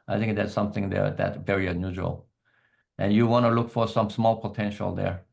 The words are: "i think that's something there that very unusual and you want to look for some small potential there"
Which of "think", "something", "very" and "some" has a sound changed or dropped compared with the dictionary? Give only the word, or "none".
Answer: none